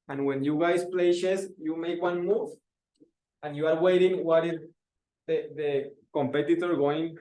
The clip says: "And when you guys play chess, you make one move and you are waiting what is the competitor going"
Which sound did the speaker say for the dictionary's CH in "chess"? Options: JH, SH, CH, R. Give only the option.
SH